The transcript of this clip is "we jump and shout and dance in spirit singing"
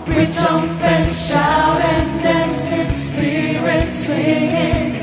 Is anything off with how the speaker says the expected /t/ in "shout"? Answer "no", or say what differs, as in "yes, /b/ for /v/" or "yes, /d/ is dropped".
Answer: yes, /t/ is dropped